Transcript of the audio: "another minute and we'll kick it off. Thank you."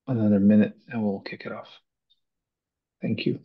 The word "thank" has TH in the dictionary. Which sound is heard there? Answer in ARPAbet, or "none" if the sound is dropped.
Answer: TH